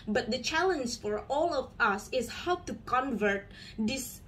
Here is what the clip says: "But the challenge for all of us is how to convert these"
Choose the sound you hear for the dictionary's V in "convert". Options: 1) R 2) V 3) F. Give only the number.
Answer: 2